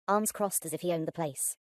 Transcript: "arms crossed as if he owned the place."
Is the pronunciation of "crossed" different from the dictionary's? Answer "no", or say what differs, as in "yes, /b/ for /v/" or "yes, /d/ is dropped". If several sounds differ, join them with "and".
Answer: no